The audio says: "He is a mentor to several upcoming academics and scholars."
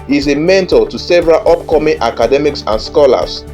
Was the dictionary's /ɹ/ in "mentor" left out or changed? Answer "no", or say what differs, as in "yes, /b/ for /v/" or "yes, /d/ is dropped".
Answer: yes, /l/ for /ɹ/